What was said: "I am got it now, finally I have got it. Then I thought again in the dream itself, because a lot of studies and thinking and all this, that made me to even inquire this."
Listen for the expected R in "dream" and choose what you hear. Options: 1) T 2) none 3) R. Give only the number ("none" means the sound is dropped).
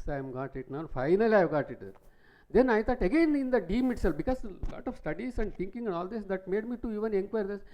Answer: 2